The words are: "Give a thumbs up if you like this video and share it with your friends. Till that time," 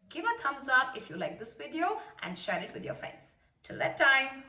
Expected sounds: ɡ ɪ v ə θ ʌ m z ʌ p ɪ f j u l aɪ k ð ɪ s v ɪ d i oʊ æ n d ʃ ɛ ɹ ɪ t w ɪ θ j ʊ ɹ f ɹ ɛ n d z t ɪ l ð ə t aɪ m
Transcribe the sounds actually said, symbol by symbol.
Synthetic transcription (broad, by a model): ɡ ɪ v ə t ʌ m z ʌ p ɪ f j u l aɪ k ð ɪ s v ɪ d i oʊ æ n d ʃ ɛ ɹ ɪ t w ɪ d j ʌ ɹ f ɹ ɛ n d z t ɪ l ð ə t aɪ m